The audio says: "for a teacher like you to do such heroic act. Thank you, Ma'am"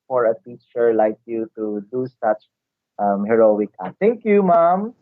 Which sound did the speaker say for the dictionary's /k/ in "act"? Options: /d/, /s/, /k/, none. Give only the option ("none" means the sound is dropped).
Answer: none